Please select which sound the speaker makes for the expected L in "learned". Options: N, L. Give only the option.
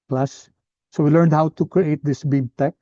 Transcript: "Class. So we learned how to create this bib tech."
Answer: L